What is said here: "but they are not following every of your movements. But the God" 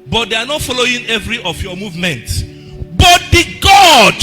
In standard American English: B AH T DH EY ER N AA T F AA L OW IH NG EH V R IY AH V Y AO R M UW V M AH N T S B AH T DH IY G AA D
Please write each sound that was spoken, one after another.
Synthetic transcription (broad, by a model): B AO T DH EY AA N AA T F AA L OW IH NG EH V R IY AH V Y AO M UW V M AH N T S B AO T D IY G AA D